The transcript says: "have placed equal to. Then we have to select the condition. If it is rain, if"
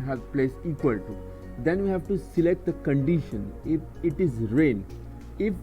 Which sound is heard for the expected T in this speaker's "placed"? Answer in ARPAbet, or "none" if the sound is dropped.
none